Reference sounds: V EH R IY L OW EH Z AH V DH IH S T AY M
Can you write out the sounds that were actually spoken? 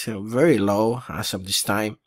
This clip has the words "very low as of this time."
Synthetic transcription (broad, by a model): V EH R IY L OW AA S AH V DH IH S T AY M